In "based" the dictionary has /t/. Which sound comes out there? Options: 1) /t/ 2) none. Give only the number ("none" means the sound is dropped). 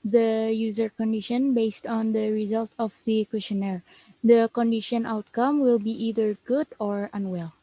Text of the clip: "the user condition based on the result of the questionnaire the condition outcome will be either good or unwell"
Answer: 1